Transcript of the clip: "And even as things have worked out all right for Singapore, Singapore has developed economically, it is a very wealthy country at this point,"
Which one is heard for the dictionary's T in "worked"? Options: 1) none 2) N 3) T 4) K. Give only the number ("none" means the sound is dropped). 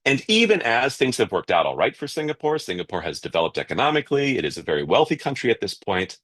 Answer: 3